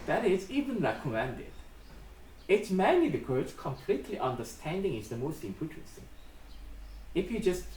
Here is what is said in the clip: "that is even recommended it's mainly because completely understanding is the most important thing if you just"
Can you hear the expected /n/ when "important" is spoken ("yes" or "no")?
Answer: no